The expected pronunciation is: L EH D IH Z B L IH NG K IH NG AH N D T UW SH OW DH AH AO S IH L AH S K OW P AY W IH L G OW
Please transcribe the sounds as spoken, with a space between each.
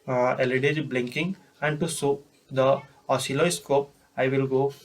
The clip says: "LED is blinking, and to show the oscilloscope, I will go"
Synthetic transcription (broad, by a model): L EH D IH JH B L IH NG K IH NG AH N D T UW S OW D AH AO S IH L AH S K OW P AY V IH L G OW